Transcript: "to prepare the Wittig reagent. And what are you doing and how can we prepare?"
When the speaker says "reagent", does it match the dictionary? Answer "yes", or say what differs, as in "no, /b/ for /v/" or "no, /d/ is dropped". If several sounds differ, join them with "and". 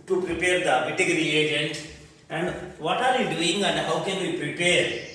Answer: yes